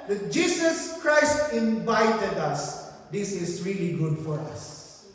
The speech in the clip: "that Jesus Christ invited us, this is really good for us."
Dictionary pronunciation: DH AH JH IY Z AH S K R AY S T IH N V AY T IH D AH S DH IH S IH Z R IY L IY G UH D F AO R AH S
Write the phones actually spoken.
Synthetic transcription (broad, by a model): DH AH JH IY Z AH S K R AY S T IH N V AY T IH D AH S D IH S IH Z R IY L IY G UH D F AO R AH S